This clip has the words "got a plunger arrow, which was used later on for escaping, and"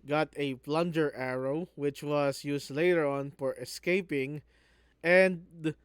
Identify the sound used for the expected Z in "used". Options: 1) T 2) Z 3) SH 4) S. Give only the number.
4